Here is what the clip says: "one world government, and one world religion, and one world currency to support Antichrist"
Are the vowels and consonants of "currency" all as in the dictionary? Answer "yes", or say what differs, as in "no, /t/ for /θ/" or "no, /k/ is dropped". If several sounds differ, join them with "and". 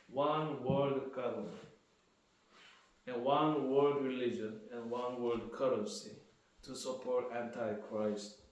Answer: no, /n/ is dropped